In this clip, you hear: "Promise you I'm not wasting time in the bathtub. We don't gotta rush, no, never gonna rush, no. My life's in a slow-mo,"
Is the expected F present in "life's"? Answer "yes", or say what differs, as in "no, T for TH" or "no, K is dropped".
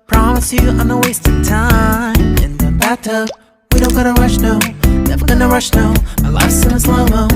no, F is dropped